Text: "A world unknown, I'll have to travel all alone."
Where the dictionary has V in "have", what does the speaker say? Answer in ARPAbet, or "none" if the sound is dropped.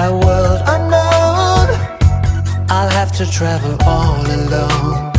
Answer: F